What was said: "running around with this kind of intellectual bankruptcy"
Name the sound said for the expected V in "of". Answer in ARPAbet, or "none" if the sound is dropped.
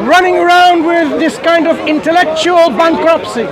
V